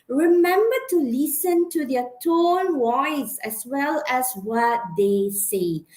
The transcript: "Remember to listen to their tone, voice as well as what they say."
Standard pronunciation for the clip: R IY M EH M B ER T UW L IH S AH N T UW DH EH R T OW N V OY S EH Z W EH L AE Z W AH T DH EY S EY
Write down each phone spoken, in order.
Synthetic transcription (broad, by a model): R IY M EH M B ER T UW L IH S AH N T UW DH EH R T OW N W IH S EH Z W EH L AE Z W AH T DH EY S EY